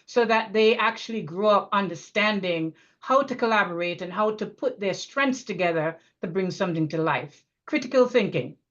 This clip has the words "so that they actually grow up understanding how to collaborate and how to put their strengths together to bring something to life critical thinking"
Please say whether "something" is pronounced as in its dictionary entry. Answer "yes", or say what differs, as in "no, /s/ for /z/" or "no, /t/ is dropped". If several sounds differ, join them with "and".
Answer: yes